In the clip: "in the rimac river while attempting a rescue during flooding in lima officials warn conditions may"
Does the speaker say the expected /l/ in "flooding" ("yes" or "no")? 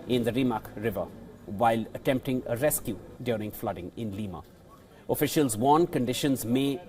yes